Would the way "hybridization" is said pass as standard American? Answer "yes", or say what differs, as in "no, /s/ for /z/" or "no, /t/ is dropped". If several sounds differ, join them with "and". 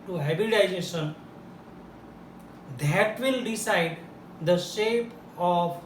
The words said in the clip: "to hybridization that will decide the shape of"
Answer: no, /ɹ/ is dropped